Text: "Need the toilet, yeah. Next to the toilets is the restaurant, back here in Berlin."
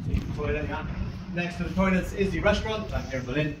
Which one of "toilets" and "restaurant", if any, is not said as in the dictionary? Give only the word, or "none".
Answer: toilets